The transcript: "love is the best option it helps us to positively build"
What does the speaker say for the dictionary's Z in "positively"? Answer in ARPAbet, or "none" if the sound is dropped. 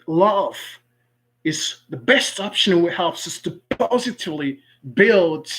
Z